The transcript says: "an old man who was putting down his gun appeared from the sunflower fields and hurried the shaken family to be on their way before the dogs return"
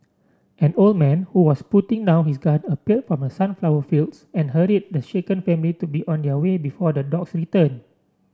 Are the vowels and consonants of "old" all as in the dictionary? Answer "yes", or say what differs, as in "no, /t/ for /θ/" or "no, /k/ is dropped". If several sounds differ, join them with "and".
yes